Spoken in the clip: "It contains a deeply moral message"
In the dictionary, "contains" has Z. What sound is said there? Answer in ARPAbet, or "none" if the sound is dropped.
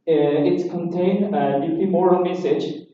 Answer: none